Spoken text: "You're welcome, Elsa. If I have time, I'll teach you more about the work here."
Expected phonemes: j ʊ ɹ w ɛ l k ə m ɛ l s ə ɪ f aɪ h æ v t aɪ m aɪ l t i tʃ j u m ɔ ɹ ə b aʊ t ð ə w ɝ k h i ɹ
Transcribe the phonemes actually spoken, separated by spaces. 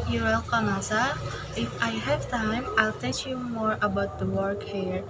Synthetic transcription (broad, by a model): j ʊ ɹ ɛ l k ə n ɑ s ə ɪ f aɪ h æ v t aɪ m aɪ l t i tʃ j u m ɔ ɹ ə b aʊ t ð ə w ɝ k h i ɹ